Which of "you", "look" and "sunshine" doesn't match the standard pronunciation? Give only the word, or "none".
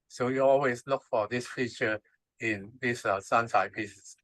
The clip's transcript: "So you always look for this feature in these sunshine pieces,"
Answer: sunshine